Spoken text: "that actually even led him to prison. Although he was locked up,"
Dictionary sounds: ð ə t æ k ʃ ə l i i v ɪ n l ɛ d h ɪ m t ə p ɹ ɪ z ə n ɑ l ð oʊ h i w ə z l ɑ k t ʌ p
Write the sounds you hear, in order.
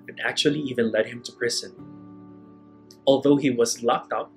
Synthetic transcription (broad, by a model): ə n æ k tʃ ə l i i v ɪ n l ɛ d h ɪ m t ə p ɹ ɪ z ə n ɑ l ð oʊ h i w ə z l ɑ k t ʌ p